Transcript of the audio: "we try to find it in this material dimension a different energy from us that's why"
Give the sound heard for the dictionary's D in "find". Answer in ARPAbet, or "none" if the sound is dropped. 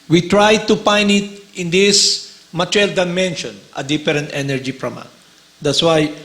none